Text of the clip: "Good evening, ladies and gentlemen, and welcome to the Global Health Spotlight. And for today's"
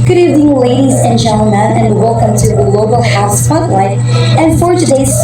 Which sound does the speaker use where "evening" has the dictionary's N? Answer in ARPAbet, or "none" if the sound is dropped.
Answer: none